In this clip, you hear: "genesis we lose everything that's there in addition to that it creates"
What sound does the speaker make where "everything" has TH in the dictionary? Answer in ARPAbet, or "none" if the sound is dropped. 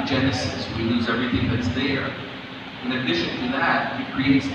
TH